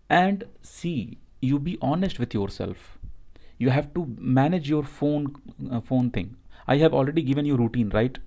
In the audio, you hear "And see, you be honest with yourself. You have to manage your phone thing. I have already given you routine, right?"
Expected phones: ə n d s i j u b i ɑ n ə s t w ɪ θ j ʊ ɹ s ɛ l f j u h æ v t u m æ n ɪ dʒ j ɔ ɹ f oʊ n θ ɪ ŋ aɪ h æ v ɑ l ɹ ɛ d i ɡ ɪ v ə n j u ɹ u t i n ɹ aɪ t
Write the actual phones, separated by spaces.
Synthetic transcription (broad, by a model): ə n d s i j u b i ɑ n ə s t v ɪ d j ʊ ɹ s ɛ l f j u h æ v t u m æ n ɪ dʒ j ɔ ɹ f oʊ n f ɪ ŋ aɪ h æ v ɑ l ɹ ɛ d i ɡ ɪ v ə n j u ɹ u t i n ɹ aɪ t